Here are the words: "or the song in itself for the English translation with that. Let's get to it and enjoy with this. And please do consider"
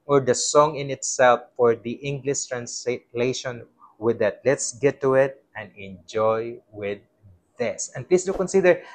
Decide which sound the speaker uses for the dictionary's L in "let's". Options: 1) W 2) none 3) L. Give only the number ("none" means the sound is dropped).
3